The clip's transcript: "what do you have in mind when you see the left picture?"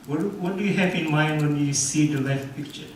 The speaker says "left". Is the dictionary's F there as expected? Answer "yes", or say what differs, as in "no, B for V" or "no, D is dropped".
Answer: no, F is dropped